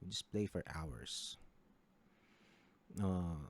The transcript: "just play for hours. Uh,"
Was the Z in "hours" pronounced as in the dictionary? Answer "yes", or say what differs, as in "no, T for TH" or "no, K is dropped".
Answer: no, S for Z